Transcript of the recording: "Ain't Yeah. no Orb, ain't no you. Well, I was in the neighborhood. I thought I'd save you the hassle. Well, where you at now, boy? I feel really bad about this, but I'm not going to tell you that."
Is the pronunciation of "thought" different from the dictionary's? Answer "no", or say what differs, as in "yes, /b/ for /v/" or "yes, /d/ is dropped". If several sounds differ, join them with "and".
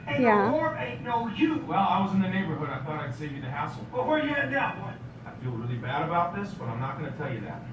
no